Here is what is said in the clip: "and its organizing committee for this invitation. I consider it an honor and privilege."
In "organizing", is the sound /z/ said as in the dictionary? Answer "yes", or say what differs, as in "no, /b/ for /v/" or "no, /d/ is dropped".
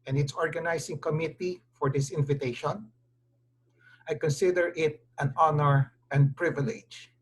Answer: no, /s/ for /z/